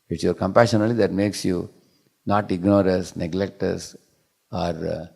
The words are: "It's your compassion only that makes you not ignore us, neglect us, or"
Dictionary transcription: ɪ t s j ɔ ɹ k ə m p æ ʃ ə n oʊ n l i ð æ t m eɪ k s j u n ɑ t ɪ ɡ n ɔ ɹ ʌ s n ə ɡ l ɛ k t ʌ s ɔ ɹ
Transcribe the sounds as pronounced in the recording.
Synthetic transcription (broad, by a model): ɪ t s j ɔ ɹ k ə m p æ ʃ ə n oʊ l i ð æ t m eɪ k s j u n ɑ t ɪ ɡ n ɔ ɹ ʌ s n ə ɡ l ɛ k t ʌ s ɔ ɹ